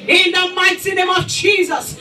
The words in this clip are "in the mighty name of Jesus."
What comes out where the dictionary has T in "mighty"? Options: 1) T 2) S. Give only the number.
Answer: 2